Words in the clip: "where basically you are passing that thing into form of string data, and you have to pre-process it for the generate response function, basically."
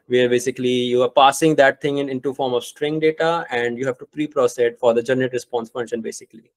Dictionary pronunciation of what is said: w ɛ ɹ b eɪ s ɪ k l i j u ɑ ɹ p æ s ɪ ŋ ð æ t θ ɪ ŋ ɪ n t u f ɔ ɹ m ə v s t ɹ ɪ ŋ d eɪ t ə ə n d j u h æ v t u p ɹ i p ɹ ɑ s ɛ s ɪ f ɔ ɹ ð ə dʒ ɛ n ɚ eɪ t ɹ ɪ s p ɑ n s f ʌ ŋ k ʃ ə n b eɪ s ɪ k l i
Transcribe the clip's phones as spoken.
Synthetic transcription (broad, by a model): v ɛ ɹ b eɪ s ɪ k l i j u ɑ ɹ p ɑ s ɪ ŋ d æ t t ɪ ŋ ɪ n t u f ɔ ɹ m ə v s t ɹ ɪ ŋ d eɪ t ə ə n d j u h æ v t u p ɹ i p ɹ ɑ s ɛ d f ɔ ɹ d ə dʒ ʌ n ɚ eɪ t ɹ ɪ s p ɑ n s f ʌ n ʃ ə n b eɪ s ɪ k l i